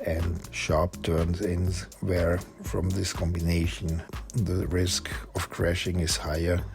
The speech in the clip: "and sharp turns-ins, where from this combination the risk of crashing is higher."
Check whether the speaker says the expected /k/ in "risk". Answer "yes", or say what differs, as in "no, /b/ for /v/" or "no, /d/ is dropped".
yes